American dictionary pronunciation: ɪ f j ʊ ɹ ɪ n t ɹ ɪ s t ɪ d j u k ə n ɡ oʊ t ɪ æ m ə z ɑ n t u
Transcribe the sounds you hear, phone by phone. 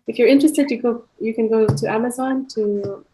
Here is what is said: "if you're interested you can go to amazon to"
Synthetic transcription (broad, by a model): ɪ f j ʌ ɹ ɪ n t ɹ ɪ s t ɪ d j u k ə n ɡ oʊ t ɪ æ m ə z ɑ n t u